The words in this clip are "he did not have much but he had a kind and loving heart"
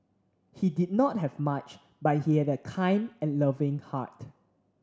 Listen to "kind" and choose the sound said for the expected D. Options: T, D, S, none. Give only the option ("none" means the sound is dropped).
D